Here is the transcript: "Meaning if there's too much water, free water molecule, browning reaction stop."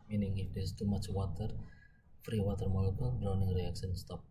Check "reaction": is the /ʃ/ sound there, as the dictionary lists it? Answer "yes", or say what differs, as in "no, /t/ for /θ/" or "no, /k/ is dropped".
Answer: no, /s/ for /ʃ/